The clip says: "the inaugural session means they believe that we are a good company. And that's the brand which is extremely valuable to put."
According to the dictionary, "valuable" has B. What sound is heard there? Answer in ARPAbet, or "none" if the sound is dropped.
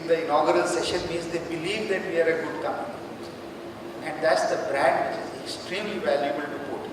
B